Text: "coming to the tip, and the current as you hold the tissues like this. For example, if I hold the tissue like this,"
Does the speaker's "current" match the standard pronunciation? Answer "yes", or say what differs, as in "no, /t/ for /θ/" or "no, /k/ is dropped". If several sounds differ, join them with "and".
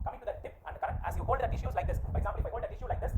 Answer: no, /n/ is dropped